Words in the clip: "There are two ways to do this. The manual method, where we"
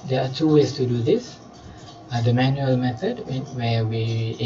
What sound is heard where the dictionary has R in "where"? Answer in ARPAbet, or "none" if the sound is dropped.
W